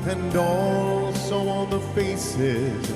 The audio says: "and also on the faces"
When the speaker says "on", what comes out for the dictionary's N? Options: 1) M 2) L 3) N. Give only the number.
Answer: 2